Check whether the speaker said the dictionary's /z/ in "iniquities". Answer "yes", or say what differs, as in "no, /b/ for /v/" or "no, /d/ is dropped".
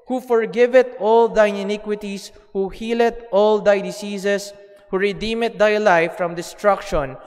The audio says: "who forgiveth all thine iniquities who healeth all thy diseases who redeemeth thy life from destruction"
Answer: no, /s/ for /z/